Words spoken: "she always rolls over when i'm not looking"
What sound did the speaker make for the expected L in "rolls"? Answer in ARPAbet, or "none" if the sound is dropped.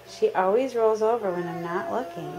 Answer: L